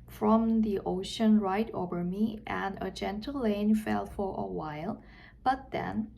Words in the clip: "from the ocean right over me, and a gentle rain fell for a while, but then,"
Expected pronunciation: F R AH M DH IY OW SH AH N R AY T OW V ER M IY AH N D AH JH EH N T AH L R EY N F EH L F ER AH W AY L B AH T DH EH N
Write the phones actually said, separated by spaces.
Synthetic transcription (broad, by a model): F R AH M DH IY OW SH AH N R AY T OW V ER M IY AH N AH JH EH N T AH L L EY N F EH L F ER AH W AY L B AH T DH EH N